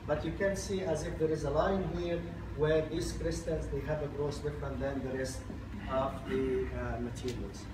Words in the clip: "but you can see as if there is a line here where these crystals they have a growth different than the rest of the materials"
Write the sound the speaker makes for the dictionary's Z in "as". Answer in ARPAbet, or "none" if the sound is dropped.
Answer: Z